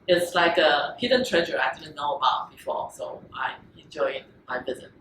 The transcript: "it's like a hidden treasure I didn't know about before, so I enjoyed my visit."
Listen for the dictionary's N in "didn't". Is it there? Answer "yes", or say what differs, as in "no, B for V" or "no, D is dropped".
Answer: no, L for N